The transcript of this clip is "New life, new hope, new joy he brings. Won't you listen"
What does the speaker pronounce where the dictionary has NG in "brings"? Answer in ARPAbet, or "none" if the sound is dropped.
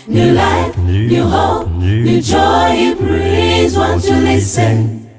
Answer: none